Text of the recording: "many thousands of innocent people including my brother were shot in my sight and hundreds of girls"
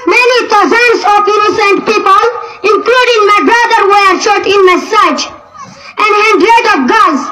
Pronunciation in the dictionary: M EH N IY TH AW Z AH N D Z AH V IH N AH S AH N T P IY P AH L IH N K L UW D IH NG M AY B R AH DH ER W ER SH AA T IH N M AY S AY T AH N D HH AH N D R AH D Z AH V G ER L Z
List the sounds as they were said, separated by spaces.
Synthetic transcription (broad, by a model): M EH N IY T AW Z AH N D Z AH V IH N AH S AH N T P IY P AH L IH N K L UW D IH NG M AY B R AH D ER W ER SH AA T IH N M AY S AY T AH N D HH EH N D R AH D AH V G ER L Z